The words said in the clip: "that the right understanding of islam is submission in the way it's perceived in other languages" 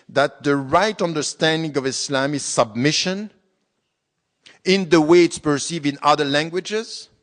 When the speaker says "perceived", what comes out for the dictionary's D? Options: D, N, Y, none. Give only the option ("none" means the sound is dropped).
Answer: none